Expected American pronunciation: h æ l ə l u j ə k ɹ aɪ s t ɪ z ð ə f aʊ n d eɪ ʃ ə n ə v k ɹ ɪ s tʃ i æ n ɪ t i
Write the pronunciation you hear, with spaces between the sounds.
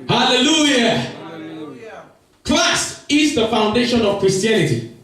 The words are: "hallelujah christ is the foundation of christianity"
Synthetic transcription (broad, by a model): h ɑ l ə l u j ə k l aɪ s ɪ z ð ə f aʊ n d eɪ ʃ ə n ə v k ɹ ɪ s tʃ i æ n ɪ t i